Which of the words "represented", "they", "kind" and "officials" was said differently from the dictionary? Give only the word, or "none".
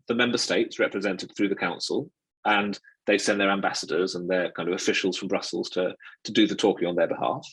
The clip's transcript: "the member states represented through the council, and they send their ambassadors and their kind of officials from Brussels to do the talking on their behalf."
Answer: none